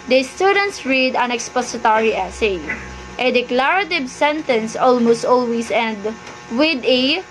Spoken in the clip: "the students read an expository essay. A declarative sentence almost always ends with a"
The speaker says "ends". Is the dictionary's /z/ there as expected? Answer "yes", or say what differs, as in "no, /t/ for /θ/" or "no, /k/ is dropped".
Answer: no, /z/ is dropped